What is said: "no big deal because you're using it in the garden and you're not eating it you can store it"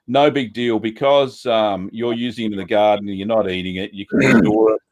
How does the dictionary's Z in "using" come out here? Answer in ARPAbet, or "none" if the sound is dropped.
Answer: Z